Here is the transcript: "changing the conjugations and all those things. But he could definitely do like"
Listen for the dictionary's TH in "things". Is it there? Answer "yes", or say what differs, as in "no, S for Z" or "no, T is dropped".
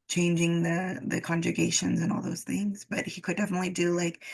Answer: yes